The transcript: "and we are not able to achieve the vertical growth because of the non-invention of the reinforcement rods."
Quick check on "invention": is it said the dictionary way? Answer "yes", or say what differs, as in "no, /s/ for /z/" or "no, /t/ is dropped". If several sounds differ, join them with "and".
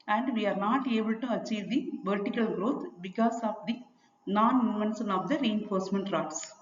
no, /s/ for /ʃ/